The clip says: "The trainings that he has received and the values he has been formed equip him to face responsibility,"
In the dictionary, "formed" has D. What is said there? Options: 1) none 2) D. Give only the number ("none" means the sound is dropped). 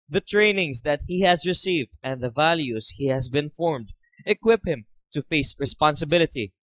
2